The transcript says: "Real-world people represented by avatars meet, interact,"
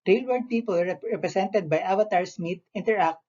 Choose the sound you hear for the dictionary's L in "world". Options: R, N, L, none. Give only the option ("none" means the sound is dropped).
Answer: none